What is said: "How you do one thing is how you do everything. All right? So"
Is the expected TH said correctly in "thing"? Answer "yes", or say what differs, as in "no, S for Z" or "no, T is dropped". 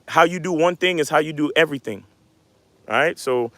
yes